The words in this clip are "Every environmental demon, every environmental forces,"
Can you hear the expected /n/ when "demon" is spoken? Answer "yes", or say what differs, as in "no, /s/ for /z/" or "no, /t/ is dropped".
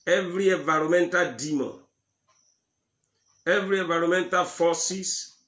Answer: no, /n/ is dropped